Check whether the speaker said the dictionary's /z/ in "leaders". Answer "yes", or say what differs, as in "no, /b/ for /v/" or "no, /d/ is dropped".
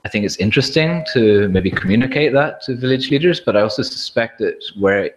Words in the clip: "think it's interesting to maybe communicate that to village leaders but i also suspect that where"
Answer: yes